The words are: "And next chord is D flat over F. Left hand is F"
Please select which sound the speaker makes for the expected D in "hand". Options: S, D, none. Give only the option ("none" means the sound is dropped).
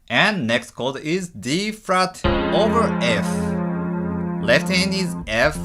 none